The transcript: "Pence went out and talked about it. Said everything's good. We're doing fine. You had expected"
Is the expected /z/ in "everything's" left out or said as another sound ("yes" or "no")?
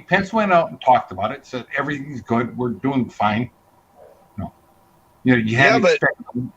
no